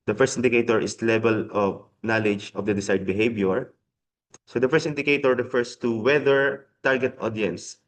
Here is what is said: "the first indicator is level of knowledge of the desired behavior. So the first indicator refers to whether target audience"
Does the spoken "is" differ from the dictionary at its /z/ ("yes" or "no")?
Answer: yes